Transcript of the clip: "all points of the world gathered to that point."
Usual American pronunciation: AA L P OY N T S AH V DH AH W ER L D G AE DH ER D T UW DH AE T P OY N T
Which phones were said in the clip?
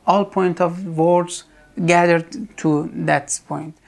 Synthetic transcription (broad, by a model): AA L P OY N T AH V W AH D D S G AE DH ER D T UW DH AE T P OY N T